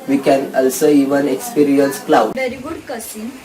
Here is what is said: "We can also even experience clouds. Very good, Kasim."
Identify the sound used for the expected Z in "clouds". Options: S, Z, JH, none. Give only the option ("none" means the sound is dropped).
none